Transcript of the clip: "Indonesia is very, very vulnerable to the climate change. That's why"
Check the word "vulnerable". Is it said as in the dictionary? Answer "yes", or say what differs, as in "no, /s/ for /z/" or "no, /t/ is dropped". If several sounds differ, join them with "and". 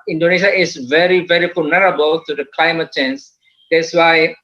no, /f/ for /v/